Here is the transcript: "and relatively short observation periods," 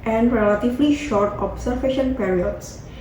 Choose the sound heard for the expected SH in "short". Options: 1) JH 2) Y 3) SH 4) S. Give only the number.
3